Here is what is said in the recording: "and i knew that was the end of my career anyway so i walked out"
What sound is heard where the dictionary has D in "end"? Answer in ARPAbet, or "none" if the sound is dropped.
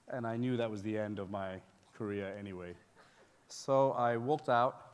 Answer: D